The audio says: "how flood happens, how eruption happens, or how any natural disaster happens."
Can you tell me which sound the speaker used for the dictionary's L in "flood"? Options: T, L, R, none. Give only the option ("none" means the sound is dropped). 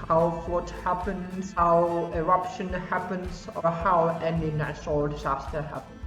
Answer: none